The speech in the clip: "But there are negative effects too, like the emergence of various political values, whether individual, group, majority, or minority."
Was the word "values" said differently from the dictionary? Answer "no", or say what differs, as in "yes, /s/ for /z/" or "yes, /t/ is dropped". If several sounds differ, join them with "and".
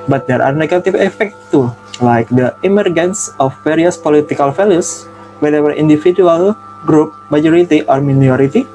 yes, /f/ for /v/ and /s/ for /z/